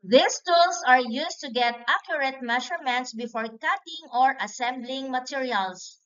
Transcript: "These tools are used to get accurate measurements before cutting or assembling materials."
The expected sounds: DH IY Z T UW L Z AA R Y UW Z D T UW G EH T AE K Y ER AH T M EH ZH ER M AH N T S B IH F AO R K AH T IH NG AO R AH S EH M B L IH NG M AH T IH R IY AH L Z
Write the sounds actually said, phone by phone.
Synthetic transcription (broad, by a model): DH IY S T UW L S AA R Y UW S T UW G EH T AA K Y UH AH T M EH SH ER M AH N T S B IH F AO R K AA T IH NG AO R AH S EH M B L IH NG M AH T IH R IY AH L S